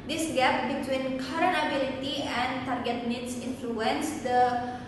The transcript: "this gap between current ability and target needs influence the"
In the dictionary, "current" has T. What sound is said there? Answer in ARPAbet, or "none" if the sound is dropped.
none